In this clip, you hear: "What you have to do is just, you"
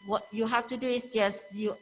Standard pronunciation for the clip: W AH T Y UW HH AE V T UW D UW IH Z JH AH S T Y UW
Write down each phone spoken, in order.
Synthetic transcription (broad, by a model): W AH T Y UW HH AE F T UW D UW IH S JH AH S Y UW